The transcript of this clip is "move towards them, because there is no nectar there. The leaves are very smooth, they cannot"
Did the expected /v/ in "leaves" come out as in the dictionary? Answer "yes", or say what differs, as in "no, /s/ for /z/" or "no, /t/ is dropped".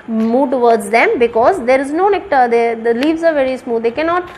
yes